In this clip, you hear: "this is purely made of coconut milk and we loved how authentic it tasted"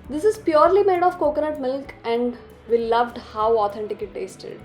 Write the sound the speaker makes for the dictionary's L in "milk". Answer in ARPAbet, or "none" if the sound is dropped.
L